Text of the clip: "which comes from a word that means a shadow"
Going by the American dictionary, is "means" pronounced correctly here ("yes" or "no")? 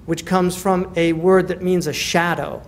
yes